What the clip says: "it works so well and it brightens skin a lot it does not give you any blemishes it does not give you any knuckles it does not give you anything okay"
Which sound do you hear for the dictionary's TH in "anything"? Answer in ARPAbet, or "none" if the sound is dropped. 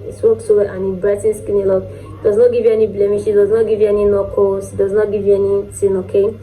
S